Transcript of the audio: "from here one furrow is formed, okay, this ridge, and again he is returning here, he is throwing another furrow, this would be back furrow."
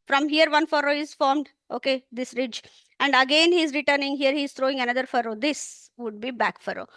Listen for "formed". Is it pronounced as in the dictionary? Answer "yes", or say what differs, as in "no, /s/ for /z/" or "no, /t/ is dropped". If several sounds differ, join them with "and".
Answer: yes